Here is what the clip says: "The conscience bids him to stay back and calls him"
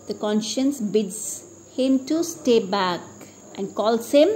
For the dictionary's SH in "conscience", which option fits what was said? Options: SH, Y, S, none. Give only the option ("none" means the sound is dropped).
SH